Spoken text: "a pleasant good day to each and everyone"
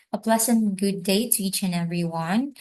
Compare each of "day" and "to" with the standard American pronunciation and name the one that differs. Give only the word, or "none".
none